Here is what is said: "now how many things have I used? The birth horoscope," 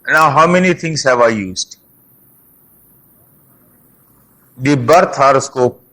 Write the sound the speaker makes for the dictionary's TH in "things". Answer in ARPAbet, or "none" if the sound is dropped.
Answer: T